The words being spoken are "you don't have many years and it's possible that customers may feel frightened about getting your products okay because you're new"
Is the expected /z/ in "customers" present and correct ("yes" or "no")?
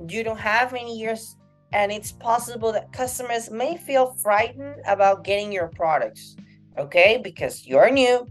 yes